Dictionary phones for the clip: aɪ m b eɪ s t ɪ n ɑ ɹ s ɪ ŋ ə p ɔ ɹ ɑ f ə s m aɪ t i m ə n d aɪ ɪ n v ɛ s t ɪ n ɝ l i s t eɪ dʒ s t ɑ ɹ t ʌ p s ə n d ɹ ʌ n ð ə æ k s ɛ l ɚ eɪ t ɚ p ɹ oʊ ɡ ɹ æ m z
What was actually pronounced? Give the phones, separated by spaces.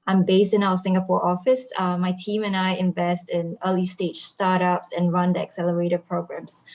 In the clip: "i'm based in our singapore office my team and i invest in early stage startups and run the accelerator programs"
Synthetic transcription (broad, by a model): aɪ m b eɪ s t ɪ n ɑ l s ɪ ŋ ə p ɔ ɹ ɑ f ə s m aɪ t i m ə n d aɪ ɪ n v ɛ s t ɪ n ɝ l i s t eɪ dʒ s t ɑ ɹ t ʌ p s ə n ɹ ʌ n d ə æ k s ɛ l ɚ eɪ t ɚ p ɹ oʊ ɡ ɹ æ m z